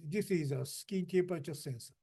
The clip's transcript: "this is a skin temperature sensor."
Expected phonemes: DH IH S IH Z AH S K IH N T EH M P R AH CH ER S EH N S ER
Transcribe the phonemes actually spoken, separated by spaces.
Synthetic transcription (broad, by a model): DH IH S IH Z AH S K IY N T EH P AH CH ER S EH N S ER